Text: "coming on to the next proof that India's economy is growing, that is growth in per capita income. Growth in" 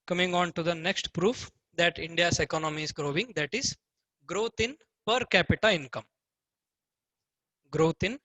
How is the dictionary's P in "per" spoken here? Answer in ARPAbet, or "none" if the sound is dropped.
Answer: P